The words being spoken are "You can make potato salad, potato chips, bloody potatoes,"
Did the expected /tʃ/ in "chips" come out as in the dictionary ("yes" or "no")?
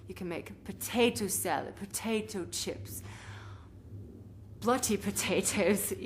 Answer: yes